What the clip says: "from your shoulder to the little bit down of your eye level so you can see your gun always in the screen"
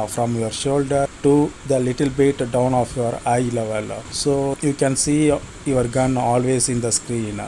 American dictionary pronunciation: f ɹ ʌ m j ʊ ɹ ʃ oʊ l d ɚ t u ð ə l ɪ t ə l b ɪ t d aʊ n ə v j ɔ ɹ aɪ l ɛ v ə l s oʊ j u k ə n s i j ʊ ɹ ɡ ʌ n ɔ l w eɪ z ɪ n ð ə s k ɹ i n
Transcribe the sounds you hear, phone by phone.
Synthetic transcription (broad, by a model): f ɹ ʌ m j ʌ ɹ ʃ oʊ l d ɚ t u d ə l ɪ t ə l b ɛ t d aʊ n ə f j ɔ ɹ aɪ l ɛ v ə l s oʊ j u k ə n s i j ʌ ɹ ɡ ʌ n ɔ l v eɪ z ɪ n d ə s k ɹ i n